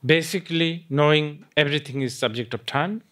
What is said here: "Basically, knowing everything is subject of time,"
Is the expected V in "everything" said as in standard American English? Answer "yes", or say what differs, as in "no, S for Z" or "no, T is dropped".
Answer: no, B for V